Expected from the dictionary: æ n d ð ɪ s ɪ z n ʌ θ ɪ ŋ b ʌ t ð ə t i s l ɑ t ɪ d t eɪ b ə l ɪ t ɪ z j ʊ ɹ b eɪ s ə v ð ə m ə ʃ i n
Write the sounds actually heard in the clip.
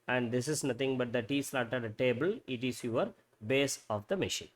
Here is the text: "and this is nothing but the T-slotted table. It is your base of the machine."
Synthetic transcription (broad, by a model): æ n d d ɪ s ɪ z n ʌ t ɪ ŋ b ʌ t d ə t i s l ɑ t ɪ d t eɪ b ə l ɪ t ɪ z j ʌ ɹ b eɪ s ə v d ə m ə ʃ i n